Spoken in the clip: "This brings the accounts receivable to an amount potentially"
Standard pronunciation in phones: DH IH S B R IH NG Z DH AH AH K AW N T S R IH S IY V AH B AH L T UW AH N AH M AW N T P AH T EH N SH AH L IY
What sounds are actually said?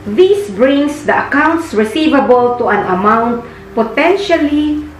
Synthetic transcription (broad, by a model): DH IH S B R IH NG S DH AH AH K AW N T S R IH S IY V AH B AH L T UW AH N AH M AW N T P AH T EH N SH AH L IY